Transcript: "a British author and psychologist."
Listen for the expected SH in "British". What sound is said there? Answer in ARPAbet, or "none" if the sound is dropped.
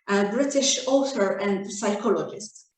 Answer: SH